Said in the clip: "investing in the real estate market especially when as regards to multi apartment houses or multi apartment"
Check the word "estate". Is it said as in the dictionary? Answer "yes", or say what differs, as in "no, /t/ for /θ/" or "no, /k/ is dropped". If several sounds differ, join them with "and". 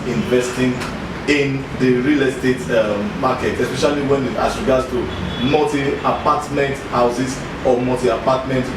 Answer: yes